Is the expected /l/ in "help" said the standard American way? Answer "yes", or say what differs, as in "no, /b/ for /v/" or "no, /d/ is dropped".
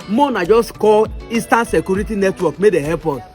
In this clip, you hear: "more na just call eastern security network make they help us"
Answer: no, /l/ is dropped